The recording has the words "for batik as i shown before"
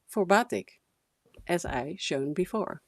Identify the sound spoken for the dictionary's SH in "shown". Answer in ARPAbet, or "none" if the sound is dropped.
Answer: SH